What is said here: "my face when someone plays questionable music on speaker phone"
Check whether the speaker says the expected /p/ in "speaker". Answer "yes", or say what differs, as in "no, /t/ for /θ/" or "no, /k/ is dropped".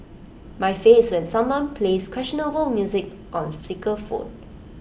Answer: no, /p/ is dropped